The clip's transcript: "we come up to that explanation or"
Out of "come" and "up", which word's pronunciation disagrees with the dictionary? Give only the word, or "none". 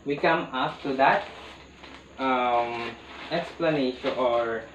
up